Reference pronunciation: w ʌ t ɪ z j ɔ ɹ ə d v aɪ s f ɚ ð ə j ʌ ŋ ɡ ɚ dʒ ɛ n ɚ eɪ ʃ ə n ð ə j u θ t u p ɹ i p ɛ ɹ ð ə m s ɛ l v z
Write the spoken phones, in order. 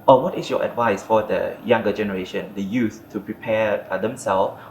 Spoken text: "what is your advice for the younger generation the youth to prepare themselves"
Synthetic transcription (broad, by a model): w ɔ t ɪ s j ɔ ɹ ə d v aɪ s f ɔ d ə j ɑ ŋ ɡ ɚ dʒ ɛ n ɚ eɪ ʃ ə n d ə j u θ t u p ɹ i p ɛ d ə m s ɛ l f